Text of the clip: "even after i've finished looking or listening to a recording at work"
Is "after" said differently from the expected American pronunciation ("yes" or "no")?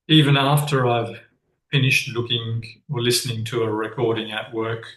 no